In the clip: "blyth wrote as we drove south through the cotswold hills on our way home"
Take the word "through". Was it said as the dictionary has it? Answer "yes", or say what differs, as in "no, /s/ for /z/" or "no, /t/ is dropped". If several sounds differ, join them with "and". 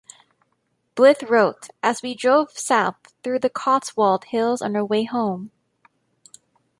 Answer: yes